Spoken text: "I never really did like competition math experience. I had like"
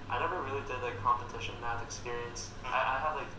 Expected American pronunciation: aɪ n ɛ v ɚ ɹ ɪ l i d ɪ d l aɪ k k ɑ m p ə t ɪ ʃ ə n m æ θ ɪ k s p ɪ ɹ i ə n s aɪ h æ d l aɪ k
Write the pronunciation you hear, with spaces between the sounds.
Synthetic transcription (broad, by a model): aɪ n ɛ v ɚ ɹ ɪ l i d ɪ d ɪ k k ɑ m p ə t ɪ ʃ ə n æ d ɪ k s p ɪ ɹ i ə n s aɪ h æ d l aɪ k